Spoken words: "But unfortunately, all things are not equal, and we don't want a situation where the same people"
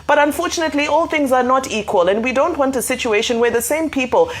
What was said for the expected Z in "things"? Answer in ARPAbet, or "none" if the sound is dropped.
Z